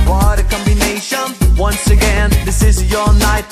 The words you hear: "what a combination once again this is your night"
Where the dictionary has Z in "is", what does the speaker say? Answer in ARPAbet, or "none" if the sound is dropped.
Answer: Z